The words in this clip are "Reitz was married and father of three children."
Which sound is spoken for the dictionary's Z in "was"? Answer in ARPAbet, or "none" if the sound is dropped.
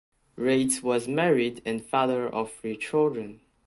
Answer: Z